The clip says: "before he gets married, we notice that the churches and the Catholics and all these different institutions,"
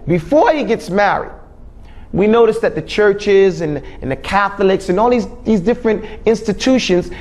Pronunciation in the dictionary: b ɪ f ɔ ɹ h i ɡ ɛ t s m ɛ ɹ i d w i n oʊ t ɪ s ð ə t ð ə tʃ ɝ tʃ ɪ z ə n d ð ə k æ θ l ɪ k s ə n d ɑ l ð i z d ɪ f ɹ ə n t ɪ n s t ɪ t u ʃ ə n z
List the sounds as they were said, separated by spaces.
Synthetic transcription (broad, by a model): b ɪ f ɔ ɹ h i ɡ ɛ t s m ɛ ɹ i d w i n oʊ t ɪ s ð ə t ð ə tʃ ɝ tʃ ɪ z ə n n ð ə k æ θ l ɪ k s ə n ɑ l ð i z d ɪ f ɹ ə n t ɪ n s t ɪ t u ʃ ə n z